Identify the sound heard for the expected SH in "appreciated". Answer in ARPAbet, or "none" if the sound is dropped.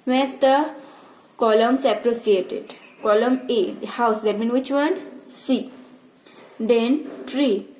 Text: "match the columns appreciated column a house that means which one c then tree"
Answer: S